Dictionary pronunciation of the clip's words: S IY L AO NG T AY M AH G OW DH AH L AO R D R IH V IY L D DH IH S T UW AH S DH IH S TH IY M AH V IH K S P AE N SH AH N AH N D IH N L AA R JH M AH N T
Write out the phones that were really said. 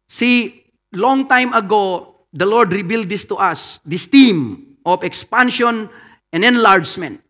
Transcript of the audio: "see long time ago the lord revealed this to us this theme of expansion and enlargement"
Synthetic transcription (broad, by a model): S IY L AO NG T AY M AH G OW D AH L AO R D R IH B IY L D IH S T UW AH S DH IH S T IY M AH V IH K S P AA N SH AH N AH N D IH N L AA R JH M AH N T